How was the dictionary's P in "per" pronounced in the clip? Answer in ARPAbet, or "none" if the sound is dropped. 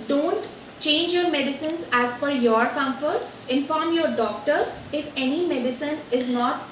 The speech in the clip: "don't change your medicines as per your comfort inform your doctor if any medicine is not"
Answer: F